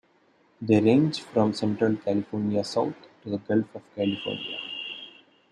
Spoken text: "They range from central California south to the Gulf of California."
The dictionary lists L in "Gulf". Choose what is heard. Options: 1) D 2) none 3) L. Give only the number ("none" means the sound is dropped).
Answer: 3